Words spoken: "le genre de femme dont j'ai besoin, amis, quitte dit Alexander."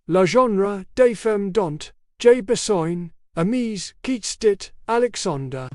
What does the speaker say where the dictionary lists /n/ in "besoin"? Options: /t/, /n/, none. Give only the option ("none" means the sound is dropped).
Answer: /n/